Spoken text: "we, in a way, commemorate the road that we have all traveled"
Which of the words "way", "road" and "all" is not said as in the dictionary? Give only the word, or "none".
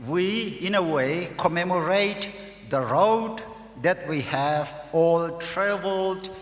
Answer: none